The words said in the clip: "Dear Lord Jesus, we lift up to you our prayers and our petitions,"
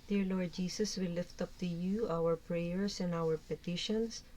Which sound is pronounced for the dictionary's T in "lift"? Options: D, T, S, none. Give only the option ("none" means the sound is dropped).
T